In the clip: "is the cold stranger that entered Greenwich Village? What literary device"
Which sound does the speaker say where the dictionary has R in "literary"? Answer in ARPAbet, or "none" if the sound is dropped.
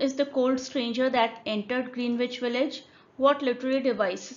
L